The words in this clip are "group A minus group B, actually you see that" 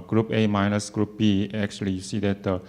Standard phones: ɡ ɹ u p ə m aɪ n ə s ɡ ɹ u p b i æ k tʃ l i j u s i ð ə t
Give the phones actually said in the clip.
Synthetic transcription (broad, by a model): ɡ ɹ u p ə m aɪ n ə s ɡ ɹ u p b i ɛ k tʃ i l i s i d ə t